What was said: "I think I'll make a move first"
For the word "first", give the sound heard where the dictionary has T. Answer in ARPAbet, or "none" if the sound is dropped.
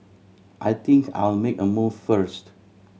T